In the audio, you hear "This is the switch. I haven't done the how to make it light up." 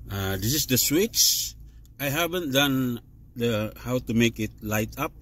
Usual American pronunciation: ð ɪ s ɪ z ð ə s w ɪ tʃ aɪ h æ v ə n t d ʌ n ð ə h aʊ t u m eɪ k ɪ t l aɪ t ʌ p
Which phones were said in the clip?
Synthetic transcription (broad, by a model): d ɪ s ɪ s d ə s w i tʃ aɪ h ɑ b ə n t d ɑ n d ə h aʊ t u m eɪ k ɪ t l aɪ t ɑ p